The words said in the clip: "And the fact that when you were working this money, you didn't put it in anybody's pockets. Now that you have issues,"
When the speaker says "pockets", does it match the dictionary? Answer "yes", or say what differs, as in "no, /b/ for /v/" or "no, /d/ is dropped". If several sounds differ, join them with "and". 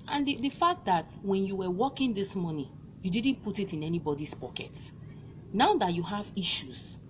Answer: no, /s/ is dropped